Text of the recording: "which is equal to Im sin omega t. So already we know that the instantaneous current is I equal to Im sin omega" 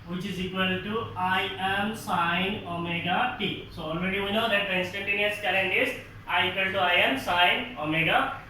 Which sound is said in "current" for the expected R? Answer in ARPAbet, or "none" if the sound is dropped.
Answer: L